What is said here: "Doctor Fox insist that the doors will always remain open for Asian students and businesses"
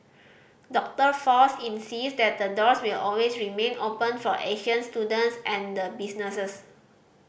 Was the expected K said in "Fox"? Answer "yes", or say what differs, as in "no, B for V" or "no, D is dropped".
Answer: no, K is dropped